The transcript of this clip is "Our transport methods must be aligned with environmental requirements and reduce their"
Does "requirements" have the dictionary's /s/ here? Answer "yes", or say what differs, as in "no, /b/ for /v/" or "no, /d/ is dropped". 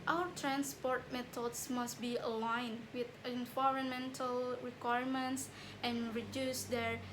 yes